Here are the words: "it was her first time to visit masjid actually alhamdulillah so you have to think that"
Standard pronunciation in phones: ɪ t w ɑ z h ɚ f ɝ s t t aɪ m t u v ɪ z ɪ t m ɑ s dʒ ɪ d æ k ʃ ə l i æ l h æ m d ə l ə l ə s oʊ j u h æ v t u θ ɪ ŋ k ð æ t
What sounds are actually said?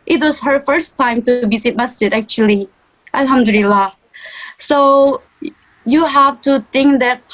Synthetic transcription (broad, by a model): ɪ t w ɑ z h ɚ f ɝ s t t aɪ m t u b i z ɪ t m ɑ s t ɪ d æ k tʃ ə l i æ l h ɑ m d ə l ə l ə s oʊ j u h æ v t u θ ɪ ŋ k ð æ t